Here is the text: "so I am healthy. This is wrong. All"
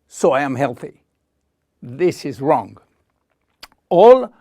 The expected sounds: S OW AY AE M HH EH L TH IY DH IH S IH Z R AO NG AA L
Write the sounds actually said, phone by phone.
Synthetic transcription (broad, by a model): S OW AY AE M HH EH L TH IY DH IH S IH Z R AO NG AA L